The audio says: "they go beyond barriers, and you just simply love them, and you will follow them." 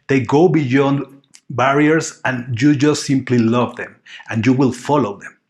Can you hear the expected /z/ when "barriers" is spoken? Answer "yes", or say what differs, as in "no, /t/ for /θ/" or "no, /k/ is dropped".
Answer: no, /s/ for /z/